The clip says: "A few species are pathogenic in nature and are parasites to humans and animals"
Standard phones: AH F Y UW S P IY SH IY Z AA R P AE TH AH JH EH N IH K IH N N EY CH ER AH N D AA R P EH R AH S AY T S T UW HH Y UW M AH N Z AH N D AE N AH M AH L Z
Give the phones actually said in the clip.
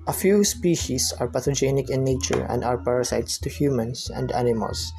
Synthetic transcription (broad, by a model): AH F Y UW S P IY SH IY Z AA R P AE T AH JH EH N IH K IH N N EY CH ER AH N D AA R P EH R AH S AY T S T UW HH Y UW M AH N S AH N D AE N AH M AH L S